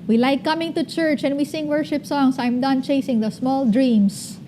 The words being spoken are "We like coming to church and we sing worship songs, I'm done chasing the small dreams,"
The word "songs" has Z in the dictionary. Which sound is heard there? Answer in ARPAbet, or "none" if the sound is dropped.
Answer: S